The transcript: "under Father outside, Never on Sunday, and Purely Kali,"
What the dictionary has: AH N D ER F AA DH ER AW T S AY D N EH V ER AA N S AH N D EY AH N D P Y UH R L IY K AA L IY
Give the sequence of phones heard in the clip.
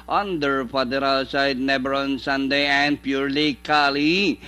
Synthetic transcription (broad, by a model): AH N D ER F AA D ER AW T S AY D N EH B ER AA N S AH N D EY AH N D P Y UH R L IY K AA L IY